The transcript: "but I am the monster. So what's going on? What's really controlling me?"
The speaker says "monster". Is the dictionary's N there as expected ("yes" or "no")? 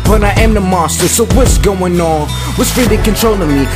no